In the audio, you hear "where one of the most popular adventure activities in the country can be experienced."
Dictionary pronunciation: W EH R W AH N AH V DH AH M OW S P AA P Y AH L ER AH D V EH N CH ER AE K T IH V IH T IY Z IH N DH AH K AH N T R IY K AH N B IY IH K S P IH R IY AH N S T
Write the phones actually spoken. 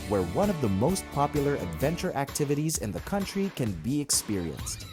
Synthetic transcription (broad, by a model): W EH R W AH N AH V DH AH M OW S P AA P Y L ER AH D V EH N CH ER AE K T IH V IH T IY Z IH N DH AH K AH N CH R IY K AH N B IY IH K S P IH R IY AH N S T